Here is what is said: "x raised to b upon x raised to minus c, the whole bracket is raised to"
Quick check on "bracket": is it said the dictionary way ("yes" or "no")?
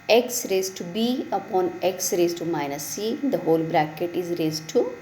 yes